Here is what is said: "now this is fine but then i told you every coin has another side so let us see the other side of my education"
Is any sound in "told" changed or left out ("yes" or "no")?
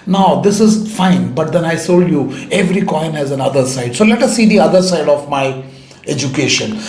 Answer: yes